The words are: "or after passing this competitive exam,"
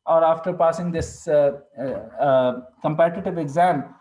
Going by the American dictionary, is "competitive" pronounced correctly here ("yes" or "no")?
yes